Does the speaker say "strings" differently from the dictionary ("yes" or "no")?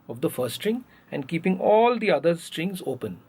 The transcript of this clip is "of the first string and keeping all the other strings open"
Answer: no